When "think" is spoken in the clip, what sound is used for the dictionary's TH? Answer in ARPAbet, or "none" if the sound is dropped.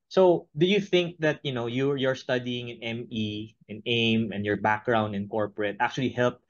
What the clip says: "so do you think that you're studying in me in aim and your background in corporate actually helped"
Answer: TH